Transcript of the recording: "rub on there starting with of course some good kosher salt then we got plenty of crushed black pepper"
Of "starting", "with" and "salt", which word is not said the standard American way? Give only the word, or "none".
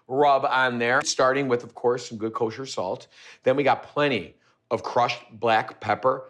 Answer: none